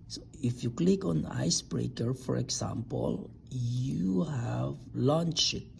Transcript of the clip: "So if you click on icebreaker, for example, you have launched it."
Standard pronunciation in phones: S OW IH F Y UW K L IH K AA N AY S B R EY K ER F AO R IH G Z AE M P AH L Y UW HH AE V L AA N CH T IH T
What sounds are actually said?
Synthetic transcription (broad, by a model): S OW IH F Y UW K L IH K AA N AY S B R EY K ER F AO R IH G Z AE M P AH L Y UW HH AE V L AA N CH IH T